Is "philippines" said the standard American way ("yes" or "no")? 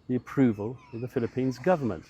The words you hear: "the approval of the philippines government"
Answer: yes